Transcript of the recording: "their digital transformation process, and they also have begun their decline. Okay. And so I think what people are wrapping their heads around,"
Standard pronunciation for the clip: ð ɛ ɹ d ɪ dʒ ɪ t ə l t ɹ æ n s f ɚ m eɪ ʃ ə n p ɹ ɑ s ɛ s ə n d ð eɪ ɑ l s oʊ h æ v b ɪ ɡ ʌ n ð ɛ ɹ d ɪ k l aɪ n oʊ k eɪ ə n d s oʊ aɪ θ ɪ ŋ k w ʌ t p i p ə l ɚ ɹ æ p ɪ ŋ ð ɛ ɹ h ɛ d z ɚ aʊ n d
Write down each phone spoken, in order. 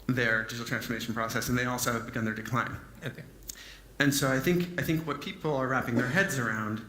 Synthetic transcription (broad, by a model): ð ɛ ɹ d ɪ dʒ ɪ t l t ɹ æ n s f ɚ m eɪ ʃ n p ɹ ɑ s ɛ s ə n ð eɪ ɑ l s oʊ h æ v b ɪ ɡ ʌ n ð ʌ ɹ d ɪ k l aɪ n oʊ ɑ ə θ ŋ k aɪ θ ɪ ŋ k w ʌ t p i p l ɚ ɹ æ p ɪ ŋ ð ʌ ɹ h ɛ d z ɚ aʊ n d